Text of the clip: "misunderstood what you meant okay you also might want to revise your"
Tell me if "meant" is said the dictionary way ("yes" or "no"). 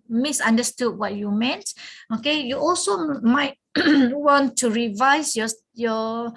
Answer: yes